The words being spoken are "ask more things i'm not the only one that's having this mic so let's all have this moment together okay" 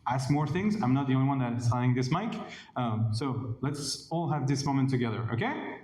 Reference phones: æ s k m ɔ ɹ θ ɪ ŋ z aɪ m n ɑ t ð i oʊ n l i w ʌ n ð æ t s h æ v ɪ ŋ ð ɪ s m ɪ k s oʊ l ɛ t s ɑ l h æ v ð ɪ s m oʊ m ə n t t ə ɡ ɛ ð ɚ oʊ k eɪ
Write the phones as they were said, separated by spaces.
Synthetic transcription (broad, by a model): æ s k m ɔ ɹ θ ɪ ŋ z aɪ m n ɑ t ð i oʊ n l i w ʌ n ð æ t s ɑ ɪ ɪ ŋ ð ɪ s m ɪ k s oʊ l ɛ t s ɑ l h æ v ð ɪ s m oʊ m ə n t t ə ɡ ɛ ð ɚ oʊ k eɪ